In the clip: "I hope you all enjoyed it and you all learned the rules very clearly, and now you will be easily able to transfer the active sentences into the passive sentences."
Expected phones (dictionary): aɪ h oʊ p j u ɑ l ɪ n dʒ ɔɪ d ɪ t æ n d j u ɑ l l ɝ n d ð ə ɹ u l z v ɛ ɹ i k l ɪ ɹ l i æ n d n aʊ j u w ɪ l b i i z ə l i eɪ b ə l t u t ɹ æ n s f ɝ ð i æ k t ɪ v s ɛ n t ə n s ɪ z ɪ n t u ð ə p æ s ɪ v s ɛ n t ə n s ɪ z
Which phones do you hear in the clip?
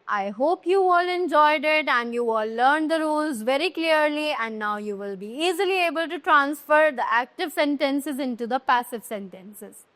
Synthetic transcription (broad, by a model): aɪ h oʊ p j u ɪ l ɪ n dʒ ɔɪ d ɪ t æ n d j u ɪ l l ɝ n d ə ɹ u l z v ɛ ɹ i k l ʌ ɹ l i æ n d n aʊ j u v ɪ l b i i z ə l i eɪ b ə l t u t ɹ æ n s f ɝ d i æ k t ɪ v s ɛ n t ə n s ɪ z ɪ n t u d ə p æ s ɪ v s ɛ n t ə n s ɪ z